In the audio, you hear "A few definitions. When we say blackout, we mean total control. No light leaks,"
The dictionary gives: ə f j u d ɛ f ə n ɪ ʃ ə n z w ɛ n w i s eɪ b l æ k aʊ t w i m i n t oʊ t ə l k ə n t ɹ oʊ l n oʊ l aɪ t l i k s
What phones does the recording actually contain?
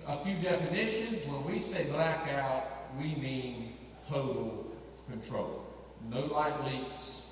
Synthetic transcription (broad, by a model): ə f j u d ɛ f ə n ɪ ʃ ə n z w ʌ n w i s eɪ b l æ k aʊ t w i m i n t oʊ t l k ə n t ɹ oʊ l n oʊ l aɪ t l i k s